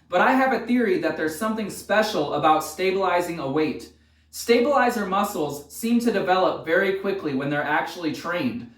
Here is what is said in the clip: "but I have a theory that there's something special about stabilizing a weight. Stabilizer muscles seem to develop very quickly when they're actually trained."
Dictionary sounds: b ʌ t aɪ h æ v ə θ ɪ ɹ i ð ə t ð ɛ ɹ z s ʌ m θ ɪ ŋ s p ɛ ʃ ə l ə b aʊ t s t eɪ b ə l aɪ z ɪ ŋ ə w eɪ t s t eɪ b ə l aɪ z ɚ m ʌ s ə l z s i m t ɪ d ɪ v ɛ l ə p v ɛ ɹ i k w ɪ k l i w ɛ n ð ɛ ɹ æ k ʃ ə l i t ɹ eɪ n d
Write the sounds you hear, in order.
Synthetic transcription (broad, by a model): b ʌ t aɪ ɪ v ə θ ɪ ɹ i ð ə t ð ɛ ɹ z s ʌ m θ ɪ ŋ s p ɛ ʃ l ə b aʊ t s t eɪ b ə l aɪ z ɪ ŋ ə w eɪ t s t eɪ b ə l aɪ z ɚ m ʌ s l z s i m t ɪ d ɪ v ɛ l ə p v ɛ ɹ i k w ɪ k l i w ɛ n ð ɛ ɹ æ k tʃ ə l i t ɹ eɪ n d